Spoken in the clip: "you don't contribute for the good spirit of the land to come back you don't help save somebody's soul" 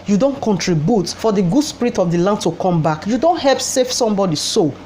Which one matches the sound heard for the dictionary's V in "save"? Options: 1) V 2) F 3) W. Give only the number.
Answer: 2